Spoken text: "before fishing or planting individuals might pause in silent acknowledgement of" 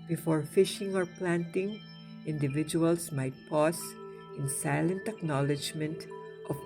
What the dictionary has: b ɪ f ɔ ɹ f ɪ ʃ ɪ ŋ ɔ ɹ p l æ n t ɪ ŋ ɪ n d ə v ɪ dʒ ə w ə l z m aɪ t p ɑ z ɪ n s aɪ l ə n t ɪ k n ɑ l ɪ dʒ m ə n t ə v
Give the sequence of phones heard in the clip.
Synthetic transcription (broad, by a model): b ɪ f ɔ ɹ f ɪ ʃ ɪ ŋ ɔ ɹ p l æ n t ɪ ŋ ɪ n d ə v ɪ dʒ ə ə l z m aɪ t p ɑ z ɪ n s aɪ l ə n t ɪ k n ɑ l ɪ dʒ m ə n t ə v